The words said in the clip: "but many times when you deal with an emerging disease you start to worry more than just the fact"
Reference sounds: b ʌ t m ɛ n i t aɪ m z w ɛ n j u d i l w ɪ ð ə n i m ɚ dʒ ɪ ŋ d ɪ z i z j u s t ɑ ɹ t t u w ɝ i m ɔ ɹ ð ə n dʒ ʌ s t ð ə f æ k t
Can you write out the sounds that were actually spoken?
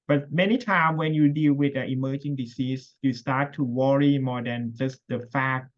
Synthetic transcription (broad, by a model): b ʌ t m ɛ n i t aɪ m w ɛ n j u d i l w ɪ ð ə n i m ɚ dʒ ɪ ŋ d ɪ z i s j u s t ɑ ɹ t t u w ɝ i m ɔ ɹ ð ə n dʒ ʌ s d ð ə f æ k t